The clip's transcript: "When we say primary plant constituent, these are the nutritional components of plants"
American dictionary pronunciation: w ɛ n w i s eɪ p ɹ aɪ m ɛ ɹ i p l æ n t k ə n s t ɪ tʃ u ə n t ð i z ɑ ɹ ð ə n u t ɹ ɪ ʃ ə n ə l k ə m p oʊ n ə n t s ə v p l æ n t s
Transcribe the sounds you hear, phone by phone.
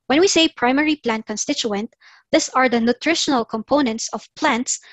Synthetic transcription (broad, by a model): w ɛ n w i s eɪ p ɹ aɪ m ɛ ɹ i p l æ n t k ə n s t ɪ tʃ u ə n t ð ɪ s ɑ ɹ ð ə n u t ɹ ɪ ʃ ə n ə l k ə m p oʊ n ə n t s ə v p l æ n t s